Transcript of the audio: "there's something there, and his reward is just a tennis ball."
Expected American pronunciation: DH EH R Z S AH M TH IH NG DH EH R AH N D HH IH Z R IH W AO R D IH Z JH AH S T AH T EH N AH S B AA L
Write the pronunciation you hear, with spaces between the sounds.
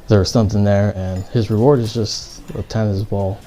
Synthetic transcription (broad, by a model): DH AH R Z S AH M TH IH NG DH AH R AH N HH IH Z R IH W AO R D IH Z JH AH S T AH T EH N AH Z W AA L